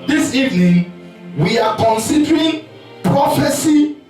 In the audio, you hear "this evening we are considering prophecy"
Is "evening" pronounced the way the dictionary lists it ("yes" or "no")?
yes